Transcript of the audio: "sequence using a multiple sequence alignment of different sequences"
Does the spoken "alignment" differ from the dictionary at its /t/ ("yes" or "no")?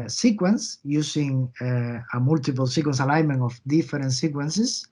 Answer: yes